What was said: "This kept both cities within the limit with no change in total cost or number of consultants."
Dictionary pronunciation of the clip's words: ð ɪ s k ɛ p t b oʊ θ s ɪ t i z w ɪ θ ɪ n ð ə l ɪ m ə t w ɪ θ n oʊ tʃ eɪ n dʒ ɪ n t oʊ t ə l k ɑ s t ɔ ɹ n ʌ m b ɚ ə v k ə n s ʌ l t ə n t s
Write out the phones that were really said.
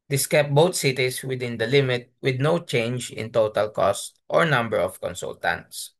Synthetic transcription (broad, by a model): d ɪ s k ɛ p b oʊ t s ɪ t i s w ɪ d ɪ n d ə l ɪ m ə t w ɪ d n oʊ tʃ eɪ n dʒ ɪ n t oʊ t ə l k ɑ s t ɔ ɹ n ʌ m b ɚ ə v k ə n s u l t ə n t s